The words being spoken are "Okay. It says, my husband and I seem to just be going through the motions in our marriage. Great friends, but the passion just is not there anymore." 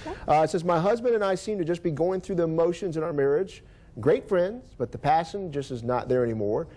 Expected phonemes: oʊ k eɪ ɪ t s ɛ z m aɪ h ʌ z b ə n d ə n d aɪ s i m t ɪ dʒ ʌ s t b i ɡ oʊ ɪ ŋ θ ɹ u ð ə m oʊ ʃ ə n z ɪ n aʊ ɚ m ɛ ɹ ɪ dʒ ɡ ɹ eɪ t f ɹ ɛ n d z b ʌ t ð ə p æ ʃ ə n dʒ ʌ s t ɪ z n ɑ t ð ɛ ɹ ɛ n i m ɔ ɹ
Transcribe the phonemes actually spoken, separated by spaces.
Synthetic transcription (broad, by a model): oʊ ɪ t s ɛ z m aɪ h ʌ z b ə n d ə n aɪ s i m t ɪ dʒ ʌ s b i ɡ oʊ ɪ ŋ θ ɹ u ð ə m oʊ ʃ ə n z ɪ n aʊ ɚ m ɛ ɹ ɪ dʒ ɡ ɹ eɪ t f ɹ ɛ n d z b ʌ t ð ə p æ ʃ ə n dʒ ʌ s t ɪ z n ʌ t ð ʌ ɹ ɛ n i m ɔ ɹ